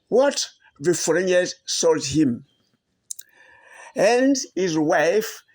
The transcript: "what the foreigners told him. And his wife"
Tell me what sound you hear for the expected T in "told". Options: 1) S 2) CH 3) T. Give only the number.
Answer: 1